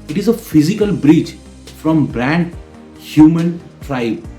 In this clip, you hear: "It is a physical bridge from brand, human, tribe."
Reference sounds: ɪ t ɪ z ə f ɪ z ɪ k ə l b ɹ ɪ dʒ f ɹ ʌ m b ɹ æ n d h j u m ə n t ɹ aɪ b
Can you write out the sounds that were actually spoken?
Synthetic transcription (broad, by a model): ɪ t ɪ z ə f ɪ z ɪ k ə l b ɹ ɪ tʃ f ɹ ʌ m b ɹ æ n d h j u m ə n t ɹ aɪ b